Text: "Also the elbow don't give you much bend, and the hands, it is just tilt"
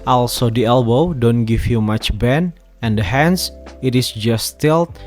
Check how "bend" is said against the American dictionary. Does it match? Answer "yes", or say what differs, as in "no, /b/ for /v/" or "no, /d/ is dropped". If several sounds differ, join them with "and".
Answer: no, /d/ is dropped